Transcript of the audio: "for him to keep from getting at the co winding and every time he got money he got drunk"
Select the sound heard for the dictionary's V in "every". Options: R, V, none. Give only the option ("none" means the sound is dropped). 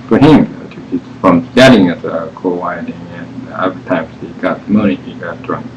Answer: none